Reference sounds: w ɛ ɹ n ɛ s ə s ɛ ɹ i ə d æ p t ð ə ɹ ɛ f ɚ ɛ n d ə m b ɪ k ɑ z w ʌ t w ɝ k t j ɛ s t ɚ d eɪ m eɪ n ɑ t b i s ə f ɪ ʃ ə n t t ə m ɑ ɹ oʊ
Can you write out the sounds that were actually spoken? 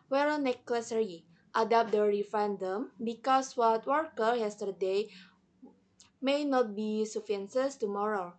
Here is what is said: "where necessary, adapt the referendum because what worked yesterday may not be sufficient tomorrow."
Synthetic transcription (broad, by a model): w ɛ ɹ n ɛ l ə s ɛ ɹ i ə d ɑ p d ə ɹ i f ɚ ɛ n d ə m b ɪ k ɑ s w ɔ t w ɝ k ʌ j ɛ s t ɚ d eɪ m eɪ n ɑ t b i s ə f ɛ s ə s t t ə m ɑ ɹ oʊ